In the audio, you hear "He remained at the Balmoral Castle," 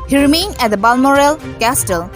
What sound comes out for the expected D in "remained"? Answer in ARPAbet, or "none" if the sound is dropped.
none